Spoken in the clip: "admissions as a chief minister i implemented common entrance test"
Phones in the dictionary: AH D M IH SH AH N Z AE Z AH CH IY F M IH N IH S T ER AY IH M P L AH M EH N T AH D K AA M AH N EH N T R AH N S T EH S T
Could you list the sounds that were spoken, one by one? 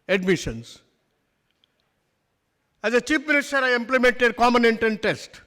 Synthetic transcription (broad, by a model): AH D M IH SH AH N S AE Z AH CH IY P M IH N IH S T ER AY IH M P L AH M EH N T AH D K AA M AH N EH N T AH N T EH S T